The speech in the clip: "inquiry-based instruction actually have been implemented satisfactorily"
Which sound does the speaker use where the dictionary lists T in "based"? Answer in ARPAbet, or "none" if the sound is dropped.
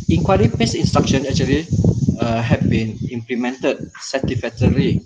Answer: none